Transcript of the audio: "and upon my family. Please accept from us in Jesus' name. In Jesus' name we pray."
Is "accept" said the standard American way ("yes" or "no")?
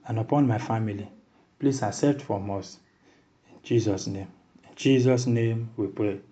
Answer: no